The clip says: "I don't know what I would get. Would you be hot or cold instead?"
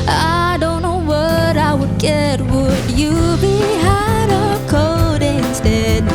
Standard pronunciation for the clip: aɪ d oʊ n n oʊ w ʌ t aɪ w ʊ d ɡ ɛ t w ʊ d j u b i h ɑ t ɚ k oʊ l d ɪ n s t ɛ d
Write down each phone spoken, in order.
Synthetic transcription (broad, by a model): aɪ d oʊ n n oʊ w ʌ t aɪ w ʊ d ɡ ɛ t w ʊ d j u b i h ɑ t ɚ k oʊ d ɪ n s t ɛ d